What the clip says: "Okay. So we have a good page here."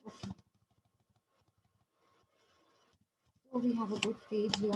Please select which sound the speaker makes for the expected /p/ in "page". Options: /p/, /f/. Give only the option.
/f/